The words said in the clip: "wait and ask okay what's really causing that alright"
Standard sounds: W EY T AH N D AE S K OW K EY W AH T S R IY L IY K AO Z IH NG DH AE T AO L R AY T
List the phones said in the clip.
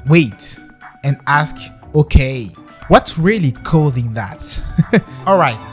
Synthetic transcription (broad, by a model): W EY T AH N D AE S K OW K EY W AH T S R IY L IY K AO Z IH NG DH AE T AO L R AY T